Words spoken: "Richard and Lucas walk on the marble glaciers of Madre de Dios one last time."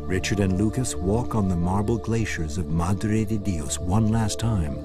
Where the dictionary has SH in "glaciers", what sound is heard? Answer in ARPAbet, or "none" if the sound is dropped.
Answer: SH